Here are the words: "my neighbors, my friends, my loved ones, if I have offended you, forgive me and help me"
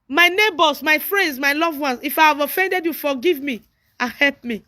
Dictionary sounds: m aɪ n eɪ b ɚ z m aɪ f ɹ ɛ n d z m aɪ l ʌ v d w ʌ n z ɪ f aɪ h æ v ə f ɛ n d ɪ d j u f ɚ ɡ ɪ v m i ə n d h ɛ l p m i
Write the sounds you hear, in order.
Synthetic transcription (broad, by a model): m aɪ n eɪ b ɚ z m aɪ f ɹ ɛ n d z m aɪ l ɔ v w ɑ n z ɪ f aɪ h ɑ v ə f ɛ n d ɪ d j u f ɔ ɡ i v m i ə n h ɛ l p m i